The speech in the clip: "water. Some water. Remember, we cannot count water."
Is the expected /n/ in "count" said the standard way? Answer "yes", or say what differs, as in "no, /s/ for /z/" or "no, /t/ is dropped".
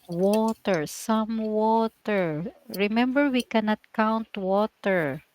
yes